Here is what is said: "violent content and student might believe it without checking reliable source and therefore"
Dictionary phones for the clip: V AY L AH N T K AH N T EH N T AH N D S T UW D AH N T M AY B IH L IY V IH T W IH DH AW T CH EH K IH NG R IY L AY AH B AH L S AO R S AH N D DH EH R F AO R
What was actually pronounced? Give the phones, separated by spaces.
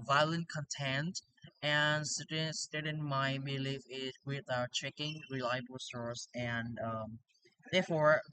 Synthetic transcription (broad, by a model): V AY L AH N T K AH N T EH N T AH N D S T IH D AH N M AY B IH L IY F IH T W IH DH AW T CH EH K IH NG R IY L AY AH B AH L S AO R S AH N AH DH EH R F AO R